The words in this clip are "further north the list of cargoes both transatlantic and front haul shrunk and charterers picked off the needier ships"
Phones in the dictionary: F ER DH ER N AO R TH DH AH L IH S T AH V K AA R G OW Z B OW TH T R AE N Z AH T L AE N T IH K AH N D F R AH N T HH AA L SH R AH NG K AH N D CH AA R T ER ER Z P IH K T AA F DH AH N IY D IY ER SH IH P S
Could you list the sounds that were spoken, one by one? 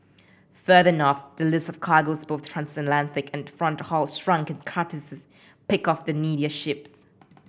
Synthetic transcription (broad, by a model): F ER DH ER N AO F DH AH L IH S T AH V K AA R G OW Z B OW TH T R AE N S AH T L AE N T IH K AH N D F R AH N T HH AA L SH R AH NG K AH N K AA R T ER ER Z P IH K AA F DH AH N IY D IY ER SH IH P S